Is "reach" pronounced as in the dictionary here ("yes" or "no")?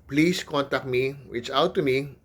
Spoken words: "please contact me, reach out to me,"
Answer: no